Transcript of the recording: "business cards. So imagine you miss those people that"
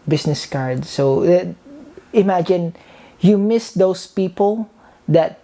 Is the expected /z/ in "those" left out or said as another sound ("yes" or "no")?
yes